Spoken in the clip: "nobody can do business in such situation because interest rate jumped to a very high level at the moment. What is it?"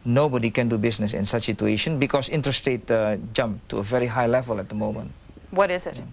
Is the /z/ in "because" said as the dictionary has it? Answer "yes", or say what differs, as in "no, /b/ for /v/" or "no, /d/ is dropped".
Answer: no, /s/ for /z/